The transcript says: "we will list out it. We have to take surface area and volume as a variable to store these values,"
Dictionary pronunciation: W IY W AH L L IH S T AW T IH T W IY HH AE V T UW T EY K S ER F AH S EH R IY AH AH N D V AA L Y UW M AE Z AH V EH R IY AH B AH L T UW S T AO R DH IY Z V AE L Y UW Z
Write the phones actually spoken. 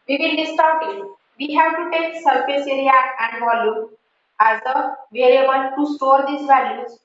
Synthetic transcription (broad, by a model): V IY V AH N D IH S T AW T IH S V IY HH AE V T UW T EY K S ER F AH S EH R IY AH AH N D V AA L Y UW AE Z AH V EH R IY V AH N T UW S T AO R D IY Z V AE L Y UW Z